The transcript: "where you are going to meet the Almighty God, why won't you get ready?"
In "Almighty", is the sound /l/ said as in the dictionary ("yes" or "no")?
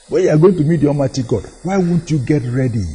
no